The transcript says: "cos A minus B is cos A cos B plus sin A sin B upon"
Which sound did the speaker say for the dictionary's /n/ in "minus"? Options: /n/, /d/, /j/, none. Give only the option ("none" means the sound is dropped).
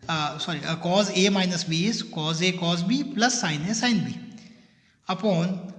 /n/